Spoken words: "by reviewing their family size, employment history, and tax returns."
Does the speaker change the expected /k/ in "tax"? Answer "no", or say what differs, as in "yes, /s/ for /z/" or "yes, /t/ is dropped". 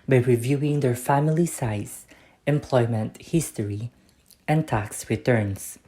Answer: no